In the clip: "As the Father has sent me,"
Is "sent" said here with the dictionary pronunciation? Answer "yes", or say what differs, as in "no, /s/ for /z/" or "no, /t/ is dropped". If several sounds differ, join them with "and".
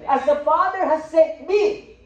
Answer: no, /n/ is dropped